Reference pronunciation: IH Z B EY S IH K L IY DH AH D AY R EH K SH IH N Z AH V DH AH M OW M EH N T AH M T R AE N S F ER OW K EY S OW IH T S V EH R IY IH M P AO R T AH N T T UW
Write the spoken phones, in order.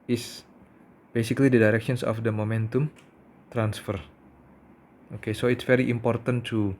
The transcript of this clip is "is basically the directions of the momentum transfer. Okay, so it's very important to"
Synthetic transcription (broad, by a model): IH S B EY S IH K L IY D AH D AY R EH K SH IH N S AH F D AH M OW M EH N T AH M T R AE N S F ER OW K EY S OW IH T S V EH R IY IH M P AO R T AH N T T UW